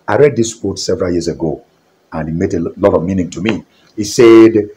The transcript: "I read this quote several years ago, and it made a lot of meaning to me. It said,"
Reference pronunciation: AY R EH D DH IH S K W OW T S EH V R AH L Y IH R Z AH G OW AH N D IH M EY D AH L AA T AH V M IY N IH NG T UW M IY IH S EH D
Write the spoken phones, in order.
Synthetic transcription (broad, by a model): AY R EH D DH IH S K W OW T S EH V R AH L Y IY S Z AH G OW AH N IH M EY D AH L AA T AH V M IY N IH NG T UW M IY IH S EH D